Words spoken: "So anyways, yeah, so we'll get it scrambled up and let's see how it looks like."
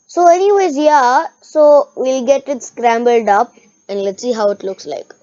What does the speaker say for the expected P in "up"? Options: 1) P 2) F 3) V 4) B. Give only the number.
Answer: 1